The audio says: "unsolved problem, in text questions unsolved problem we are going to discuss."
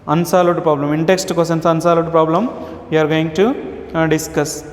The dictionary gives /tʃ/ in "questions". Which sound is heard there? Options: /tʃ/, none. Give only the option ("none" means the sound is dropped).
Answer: none